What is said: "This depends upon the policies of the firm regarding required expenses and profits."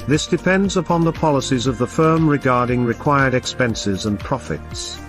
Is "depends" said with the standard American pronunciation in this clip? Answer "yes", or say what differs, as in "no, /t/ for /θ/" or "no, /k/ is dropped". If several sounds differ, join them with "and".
yes